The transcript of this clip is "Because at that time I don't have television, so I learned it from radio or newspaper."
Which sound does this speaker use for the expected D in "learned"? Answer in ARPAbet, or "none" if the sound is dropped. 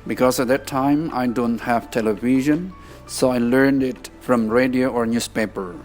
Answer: D